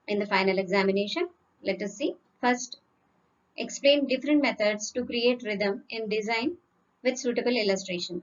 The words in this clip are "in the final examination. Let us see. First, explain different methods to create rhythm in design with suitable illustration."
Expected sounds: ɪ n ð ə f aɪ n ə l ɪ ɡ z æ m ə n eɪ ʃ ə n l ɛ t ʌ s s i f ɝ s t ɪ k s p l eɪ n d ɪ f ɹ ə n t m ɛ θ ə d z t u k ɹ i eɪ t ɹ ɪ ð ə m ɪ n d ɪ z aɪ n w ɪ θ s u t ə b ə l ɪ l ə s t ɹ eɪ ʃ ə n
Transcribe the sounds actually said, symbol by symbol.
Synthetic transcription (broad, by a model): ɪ n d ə f aɪ n ə l ɪ ɡ z æ m ə n eɪ ʃ ə n l ɛ t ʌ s s i f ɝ s t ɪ k s p l eɪ n d ɪ f ɹ ə n t m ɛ t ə d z t u k ɹ i eɪ t ɹ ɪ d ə m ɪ n d ɪ z aɪ n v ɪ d s u t ə b ə l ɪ l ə s t ɹ eɪ ʃ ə n